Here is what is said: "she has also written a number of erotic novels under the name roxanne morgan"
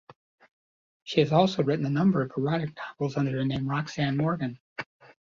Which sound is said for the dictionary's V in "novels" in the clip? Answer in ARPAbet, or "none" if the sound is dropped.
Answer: none